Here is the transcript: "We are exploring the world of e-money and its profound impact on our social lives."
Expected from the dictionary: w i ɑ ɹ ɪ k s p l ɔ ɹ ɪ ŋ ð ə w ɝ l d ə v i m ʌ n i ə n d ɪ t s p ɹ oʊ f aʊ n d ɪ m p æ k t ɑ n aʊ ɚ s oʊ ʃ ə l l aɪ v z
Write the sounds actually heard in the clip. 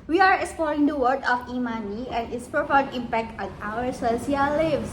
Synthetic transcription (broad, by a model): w i ɑ ɹ ɪ k s p l ɔ ɹ ɪ ŋ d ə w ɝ d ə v i m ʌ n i ə n d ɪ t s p ɹ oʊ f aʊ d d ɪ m p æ k t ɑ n aʊ ɚ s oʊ s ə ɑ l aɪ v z